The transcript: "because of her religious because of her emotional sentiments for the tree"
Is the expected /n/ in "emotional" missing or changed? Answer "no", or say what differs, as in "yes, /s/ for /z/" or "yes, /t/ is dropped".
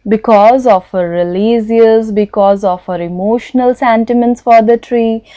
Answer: no